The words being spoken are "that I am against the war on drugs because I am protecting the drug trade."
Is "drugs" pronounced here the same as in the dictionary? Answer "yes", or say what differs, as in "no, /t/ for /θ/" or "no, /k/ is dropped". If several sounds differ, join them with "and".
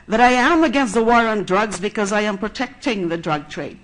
yes